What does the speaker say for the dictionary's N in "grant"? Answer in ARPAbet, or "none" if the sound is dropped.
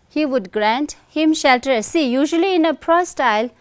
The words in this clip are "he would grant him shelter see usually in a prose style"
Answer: N